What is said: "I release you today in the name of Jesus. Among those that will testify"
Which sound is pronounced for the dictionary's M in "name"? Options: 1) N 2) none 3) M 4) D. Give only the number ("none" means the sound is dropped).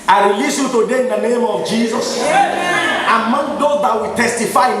3